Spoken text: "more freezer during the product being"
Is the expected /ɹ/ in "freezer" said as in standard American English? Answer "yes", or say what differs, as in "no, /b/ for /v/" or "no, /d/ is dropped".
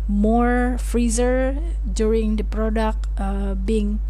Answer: yes